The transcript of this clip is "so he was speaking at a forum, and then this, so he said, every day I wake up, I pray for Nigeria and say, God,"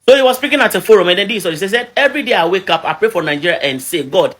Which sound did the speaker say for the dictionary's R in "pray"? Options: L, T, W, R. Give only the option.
R